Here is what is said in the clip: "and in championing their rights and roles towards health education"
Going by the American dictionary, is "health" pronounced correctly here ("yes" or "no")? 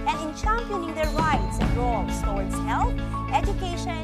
no